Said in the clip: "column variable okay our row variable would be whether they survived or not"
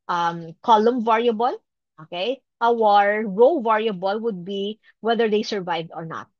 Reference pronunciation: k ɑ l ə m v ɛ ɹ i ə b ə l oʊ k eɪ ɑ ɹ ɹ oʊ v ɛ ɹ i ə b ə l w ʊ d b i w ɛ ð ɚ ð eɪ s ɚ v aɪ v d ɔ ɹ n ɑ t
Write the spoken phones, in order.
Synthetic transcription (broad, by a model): k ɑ l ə m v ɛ ɹ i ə b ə l oʊ k eɪ ɑ ɹ ɹ oʊ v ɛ ɹ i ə b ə l w ʊ d b i w ɛ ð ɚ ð eɪ s ɚ v aɪ v d ɔ ɹ n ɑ t